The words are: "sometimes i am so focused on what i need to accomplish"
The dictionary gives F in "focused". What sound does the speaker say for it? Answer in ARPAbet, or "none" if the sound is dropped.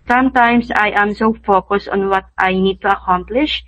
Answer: F